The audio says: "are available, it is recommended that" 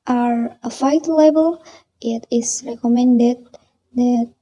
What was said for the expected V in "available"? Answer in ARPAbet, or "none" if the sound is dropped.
F